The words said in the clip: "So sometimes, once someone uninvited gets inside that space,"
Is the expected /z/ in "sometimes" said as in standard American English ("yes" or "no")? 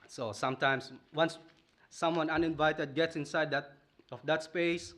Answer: no